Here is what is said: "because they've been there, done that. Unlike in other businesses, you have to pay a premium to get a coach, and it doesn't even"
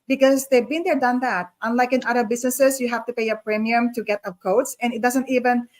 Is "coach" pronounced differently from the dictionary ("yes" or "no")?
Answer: yes